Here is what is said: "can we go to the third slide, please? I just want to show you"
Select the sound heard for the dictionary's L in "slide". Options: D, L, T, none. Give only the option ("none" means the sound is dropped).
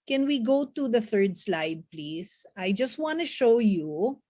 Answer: L